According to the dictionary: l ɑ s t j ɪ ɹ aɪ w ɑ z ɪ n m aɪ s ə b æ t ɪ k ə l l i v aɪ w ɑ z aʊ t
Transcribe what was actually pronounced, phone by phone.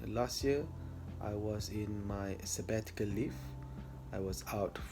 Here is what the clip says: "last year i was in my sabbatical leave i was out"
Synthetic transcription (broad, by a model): l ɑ s t j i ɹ aɪ w ɑ z ɪ n m aɪ s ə b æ t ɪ k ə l l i f aɪ w ɑ z aʊ t